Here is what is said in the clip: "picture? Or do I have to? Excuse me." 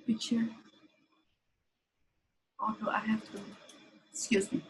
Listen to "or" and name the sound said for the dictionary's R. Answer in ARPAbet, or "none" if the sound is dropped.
L